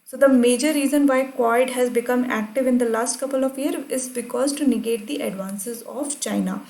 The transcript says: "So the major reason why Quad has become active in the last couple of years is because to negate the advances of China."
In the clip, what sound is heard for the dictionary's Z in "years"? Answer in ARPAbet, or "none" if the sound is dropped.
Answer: none